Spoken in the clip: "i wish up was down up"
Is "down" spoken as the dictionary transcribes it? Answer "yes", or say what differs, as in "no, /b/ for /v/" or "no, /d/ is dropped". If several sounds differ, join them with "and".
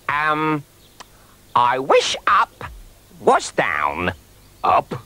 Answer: yes